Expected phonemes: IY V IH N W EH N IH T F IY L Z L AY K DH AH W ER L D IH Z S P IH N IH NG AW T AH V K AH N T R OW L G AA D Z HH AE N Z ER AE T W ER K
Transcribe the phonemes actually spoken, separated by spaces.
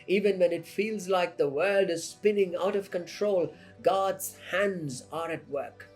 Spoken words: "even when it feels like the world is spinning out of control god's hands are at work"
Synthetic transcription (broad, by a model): IY V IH N W EH N IH T F IY L Z L AY K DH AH W ER L D IH Z S P IH N IH NG AW T AH V K AH N T R OW L G AA D Z HH AE N Z ER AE T W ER K